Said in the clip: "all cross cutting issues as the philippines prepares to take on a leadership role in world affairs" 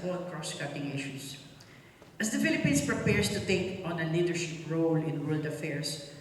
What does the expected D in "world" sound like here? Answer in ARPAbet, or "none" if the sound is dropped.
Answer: D